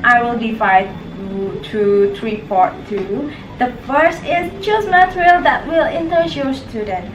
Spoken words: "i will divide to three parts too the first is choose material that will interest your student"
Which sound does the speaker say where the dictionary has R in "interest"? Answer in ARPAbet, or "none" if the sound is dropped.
none